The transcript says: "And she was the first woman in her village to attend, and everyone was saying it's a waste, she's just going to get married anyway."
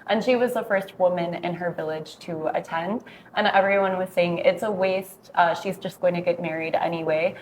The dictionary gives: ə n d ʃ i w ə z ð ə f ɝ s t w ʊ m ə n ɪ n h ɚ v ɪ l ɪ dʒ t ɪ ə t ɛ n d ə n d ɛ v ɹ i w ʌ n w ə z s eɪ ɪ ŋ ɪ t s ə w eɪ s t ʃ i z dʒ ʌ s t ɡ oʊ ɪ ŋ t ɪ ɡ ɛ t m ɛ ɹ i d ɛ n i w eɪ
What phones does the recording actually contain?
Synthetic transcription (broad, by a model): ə n ʃ i w ə z ð ə f ɝ s t w ʊ m ə n ɪ n ɚ v ɪ l ɪ dʒ t ɪ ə t ɛ n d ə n ɛ v ɹ i w ʌ n w ə z s eɪ ɪ ŋ ɪ t s ə w eɪ s t ʃ i z dʒ ʌ s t ɡ oʊ ɪ ŋ t ɪ ɡ ɛ t m ɛ ɹ i d ɛ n i w eɪ